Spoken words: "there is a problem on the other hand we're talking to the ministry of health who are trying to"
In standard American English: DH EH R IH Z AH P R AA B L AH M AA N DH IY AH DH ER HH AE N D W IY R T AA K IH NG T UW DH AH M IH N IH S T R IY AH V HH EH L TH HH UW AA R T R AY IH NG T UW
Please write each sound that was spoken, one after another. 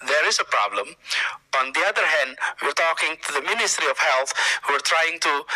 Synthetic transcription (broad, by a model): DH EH R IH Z AH P R AA B L AH M AA N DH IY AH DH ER HH AE N D W IY R T AA K IH NG T UW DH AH M IH N IH S T R IY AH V HH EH L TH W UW R T R AY IH NG T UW